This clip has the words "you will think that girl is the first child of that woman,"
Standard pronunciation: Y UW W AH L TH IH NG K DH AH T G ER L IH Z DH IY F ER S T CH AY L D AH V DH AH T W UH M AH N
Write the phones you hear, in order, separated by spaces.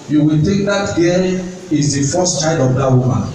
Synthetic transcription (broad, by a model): Y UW W AH L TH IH NG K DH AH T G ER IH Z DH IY F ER S T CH AY D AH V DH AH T W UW M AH N